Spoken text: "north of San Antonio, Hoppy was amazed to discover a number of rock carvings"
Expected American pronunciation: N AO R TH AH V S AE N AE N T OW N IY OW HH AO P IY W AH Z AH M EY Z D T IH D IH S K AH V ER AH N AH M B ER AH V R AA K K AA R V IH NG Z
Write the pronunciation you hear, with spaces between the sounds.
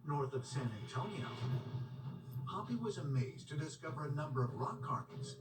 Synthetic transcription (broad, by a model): N AO R TH AH V S AE N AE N T OW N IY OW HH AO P IY W AH Z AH M EY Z T IH D IH S K AH V ER AH N AH M B ER AH V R AA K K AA R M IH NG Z